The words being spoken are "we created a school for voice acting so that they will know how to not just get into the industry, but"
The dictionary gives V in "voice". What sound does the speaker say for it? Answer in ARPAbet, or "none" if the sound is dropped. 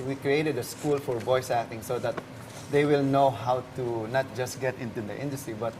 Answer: B